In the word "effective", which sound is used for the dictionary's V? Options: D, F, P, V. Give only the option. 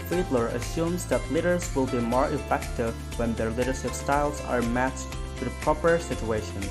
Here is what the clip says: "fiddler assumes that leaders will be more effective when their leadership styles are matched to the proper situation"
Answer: V